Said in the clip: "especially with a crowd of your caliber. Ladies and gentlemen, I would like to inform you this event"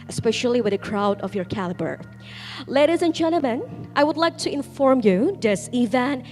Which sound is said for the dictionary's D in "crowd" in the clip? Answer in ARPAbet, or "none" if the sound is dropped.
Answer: D